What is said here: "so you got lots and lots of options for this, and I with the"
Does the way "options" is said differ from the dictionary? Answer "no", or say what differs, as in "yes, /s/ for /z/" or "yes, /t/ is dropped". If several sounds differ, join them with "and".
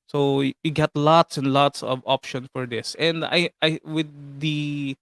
yes, /s/ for /z/